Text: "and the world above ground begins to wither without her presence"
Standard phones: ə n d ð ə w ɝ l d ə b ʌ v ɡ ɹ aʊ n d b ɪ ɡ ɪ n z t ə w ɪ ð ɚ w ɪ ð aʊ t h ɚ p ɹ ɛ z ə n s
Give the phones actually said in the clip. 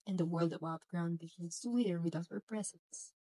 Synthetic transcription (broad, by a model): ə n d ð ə w ɝ l d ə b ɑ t ɡ ɹ aʊ n d b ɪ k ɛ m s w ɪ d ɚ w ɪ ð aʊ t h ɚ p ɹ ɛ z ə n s